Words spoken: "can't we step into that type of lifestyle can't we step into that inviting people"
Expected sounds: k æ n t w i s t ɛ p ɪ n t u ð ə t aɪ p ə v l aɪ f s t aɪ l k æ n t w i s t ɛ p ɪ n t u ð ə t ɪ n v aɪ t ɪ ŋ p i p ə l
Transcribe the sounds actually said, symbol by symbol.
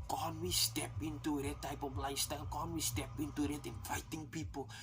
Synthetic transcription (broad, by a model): k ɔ n w i s t ɛ p ɪ n t u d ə t aɪ p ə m l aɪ s t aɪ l k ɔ n w i s t ɛ p ɪ n t u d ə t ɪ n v aɪ t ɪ ŋ p i p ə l